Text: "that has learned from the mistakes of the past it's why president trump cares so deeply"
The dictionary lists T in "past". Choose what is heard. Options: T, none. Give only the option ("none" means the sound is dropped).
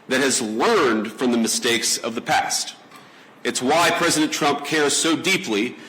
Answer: T